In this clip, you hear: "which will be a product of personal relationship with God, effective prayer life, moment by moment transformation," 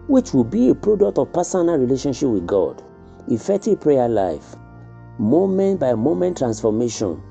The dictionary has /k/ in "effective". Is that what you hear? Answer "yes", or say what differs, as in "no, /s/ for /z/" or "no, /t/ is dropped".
no, /k/ is dropped